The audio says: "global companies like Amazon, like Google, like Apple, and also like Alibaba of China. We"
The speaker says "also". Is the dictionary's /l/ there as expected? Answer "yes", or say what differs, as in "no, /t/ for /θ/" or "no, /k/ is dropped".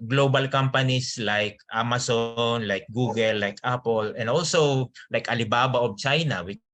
yes